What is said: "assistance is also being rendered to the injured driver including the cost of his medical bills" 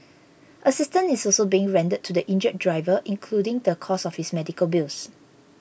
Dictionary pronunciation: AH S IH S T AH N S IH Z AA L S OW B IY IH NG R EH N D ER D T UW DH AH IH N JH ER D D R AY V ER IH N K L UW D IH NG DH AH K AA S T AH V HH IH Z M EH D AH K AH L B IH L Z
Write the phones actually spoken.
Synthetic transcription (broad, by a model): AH S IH S T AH N IH S AA L S OW B IY IH NG R EH N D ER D T UW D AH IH N JH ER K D R AY V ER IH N K L UW D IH NG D AH K AA S AH F HH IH S M EH D AH K AH L B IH L S